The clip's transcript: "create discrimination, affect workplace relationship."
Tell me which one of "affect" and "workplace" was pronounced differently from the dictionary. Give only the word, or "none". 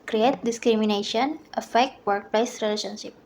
none